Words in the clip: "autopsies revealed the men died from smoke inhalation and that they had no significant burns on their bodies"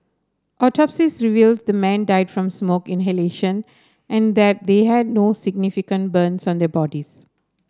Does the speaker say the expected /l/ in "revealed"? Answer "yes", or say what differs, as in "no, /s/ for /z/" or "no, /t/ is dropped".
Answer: yes